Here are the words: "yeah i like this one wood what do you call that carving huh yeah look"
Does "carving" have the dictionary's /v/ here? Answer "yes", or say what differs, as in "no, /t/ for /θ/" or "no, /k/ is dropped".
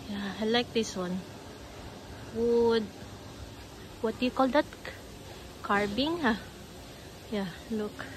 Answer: no, /b/ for /v/